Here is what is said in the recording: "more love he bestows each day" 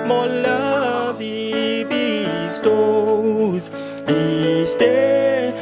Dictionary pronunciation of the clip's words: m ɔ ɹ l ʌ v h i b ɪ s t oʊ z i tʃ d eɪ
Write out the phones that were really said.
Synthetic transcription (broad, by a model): m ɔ l ʌ v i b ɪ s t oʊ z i s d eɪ